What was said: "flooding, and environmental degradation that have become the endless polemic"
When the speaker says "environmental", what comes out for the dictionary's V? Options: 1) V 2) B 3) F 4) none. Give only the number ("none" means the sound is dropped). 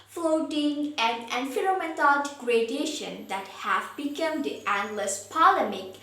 3